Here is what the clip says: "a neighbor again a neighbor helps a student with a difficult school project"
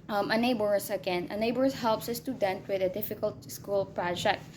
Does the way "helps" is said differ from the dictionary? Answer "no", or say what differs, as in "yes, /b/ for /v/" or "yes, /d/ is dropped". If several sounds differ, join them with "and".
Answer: no